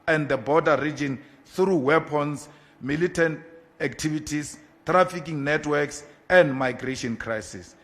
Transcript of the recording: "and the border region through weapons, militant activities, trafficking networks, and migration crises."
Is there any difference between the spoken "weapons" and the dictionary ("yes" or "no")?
yes